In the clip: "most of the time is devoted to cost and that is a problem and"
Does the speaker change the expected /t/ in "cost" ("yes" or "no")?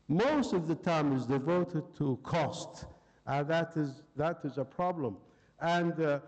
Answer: no